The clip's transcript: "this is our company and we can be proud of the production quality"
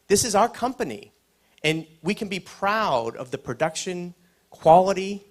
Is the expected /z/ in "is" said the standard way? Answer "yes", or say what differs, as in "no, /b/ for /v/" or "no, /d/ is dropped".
yes